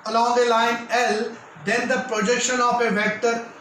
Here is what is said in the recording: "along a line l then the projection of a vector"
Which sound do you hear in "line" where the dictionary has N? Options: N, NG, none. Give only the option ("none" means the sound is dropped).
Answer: N